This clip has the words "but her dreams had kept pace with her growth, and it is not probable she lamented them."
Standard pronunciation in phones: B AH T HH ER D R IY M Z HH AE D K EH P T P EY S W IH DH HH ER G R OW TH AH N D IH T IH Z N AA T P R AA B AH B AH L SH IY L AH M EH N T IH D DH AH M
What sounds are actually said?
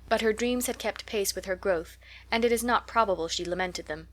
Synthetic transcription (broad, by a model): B AH T HH ER D R IY M Z HH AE D K EH P T P EY S W IH DH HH ER G R OW TH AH N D IH T IH Z N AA T P R AA B AH B AH L SH IY L AH M EH N T IH D DH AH M